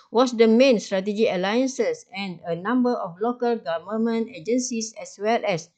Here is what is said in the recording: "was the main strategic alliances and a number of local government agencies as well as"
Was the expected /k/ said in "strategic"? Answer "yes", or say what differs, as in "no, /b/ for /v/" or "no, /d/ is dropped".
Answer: no, /k/ is dropped